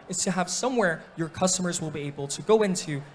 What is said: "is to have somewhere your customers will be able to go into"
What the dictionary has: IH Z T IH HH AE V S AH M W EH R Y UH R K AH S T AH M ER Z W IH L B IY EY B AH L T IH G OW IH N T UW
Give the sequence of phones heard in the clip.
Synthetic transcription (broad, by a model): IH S T IH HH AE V S AH M W EH R Y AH R K AH S T AH M ER Z W IH L B IY EY B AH L T IH G OW IH N T UW